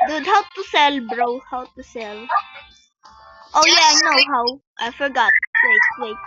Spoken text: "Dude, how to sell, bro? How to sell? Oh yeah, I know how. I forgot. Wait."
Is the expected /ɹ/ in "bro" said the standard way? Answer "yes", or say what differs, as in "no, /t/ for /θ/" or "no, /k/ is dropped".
yes